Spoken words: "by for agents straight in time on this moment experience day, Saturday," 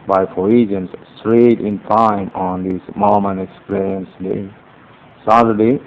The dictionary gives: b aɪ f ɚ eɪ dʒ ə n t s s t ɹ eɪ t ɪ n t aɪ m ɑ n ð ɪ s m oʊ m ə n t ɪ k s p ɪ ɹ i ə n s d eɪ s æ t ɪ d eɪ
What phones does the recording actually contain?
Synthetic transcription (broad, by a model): b aɪ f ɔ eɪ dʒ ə n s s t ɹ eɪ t ɪ n t aɪ m ɑ n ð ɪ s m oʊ m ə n ɪ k s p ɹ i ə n s d eɪ s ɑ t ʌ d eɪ